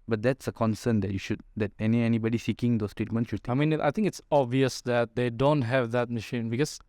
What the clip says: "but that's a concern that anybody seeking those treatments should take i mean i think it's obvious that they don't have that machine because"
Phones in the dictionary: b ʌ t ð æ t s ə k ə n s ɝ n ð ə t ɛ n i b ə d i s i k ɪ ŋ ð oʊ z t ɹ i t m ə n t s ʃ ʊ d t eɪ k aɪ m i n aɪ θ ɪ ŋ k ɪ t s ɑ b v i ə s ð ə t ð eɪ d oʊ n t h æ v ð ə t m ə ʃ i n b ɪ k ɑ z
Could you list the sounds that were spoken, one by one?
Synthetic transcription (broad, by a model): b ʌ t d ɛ t s ə k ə n s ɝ n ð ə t ɛ n i b ə d i s i k ɪ ŋ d oʊ s t ɹ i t m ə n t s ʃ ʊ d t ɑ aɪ m i n aɪ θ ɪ ŋ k ɪ t s ɑ b v i ə s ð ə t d eɪ d oʊ n t h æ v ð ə t m ə ʃ i n b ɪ k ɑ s